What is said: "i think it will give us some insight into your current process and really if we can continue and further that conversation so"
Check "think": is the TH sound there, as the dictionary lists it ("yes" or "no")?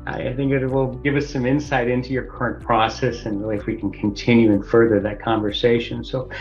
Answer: yes